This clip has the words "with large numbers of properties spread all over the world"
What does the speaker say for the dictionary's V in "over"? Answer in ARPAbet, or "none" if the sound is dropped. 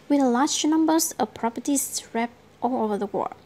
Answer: V